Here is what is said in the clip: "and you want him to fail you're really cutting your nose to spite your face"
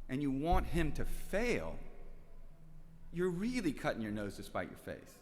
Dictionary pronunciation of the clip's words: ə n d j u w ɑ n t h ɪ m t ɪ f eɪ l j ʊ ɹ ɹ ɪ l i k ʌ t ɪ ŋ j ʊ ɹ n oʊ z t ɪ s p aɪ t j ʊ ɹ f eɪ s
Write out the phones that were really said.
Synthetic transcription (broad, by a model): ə n j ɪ w ɑ n t h ɪ m t ɪ f eɪ l j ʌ ɹ ɹ ɪ l i k ʌ t ɪ ŋ j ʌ ɹ n oʊ z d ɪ s p aɪ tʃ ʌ ɹ f eɪ s